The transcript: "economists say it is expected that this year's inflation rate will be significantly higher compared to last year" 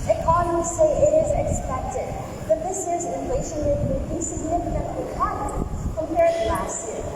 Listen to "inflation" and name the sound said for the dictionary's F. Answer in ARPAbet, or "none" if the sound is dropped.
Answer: none